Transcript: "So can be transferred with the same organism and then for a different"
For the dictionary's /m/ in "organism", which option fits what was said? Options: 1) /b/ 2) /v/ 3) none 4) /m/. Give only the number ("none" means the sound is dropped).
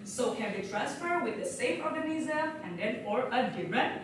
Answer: 3